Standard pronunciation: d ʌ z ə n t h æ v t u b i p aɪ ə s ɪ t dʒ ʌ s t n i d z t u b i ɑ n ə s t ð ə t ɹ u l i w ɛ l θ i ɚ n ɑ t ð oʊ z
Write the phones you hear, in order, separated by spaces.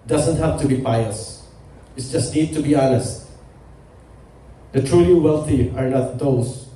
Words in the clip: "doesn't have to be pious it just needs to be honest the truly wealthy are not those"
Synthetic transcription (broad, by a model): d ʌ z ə n t h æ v t u b i p aɪ ə s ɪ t dʒ ʌ s t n i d t u b i ɑ n ə s t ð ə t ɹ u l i w ɛ l θ i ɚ n ɑ t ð oʊ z